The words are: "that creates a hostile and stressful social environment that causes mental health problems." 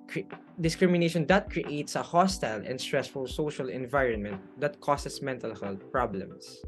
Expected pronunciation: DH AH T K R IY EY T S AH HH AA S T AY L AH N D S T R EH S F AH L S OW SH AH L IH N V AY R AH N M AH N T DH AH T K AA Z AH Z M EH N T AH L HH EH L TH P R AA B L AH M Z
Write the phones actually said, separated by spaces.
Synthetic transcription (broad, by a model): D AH T K R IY EY T S AH HH AA S T AY L AH N D S T R EH S F AH L S OW SH AH L IH N V AY R AH N M AH N T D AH T K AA S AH S M EH N T AH L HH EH L T P R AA B L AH M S